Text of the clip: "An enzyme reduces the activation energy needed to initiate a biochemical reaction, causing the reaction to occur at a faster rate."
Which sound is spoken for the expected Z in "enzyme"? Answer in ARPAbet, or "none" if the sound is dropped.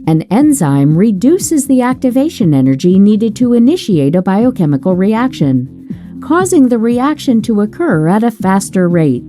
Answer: Z